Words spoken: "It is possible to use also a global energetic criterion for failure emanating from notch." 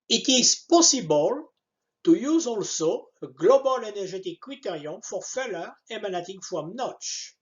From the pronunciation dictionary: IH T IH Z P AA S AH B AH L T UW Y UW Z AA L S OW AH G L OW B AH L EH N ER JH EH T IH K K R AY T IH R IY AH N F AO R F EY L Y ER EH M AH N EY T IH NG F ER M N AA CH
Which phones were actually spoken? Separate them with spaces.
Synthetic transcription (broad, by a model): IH T IH Z P AA S AH B AH L T UW Y UW Z AA L S OW AH G L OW B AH L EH N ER ZH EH T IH K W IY T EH R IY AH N F AO R F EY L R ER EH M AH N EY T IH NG F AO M N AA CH